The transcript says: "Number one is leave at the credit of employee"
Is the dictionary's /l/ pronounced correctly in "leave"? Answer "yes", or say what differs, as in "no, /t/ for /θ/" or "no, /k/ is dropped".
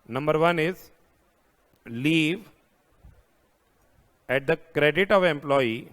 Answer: yes